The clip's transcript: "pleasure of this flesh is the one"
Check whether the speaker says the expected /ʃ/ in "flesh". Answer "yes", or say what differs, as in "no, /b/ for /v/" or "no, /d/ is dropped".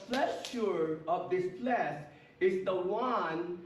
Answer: no, /s/ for /ʃ/